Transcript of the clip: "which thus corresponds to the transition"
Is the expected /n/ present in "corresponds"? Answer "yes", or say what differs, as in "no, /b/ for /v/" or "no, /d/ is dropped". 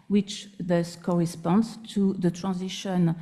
yes